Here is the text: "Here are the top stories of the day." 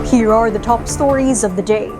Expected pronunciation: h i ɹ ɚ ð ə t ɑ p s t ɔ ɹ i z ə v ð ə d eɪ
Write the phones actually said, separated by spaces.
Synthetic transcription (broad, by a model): h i ɹ ɚ ð ə t ɑ p s t ɔ ɹ i z ə v ð ə d eɪ